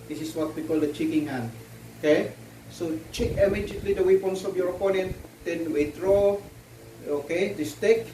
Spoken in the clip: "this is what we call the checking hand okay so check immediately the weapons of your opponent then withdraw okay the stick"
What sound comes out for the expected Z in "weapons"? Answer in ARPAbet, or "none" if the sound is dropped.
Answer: S